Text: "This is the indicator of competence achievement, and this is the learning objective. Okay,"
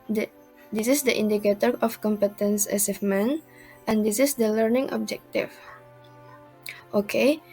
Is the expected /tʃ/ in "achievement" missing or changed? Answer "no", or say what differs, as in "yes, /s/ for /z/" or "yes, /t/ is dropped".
yes, /s/ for /tʃ/